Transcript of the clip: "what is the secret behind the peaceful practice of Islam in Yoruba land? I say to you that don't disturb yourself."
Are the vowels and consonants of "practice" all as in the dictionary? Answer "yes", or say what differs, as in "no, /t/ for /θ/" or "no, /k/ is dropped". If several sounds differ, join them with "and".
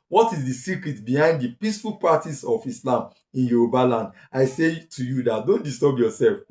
no, /ɹ/ is dropped and /k/ is dropped